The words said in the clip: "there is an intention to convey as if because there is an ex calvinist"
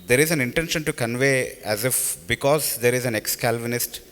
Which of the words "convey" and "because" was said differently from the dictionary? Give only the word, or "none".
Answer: none